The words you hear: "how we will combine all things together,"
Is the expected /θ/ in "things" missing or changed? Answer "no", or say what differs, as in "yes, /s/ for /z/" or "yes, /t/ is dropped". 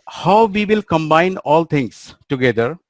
yes, /t/ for /θ/